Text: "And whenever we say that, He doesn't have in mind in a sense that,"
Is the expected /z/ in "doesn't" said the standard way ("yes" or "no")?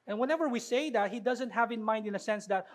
yes